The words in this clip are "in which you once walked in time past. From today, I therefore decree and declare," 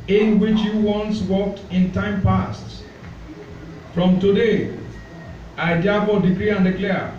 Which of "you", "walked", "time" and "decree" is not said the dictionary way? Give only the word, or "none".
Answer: none